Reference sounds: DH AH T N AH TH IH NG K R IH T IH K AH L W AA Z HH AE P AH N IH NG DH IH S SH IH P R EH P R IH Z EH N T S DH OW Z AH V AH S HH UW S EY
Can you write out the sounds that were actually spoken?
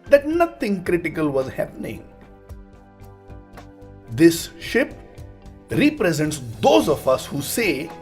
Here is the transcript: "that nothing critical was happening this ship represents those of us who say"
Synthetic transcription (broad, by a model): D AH T N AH T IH NG K R IH T IH K AH L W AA Z HH AE P AH N IH NG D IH S SH IH P R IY P R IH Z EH N T S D OW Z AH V AH S HH UW S EY